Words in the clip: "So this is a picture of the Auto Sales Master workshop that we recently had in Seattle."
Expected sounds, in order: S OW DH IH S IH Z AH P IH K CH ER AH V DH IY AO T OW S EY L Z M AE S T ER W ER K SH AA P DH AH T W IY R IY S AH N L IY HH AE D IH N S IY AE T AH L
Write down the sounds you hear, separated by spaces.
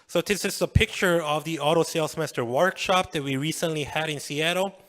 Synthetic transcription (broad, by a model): S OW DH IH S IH S AH P IH K CH ER AH V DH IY AO T OW S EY L S M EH S T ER W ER K SH AA P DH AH T W IY R IY S AH N L IY HH AE D IH N S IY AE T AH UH